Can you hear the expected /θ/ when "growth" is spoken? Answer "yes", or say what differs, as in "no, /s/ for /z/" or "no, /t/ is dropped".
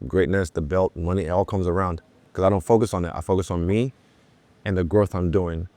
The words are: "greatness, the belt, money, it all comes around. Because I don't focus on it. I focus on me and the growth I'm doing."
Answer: yes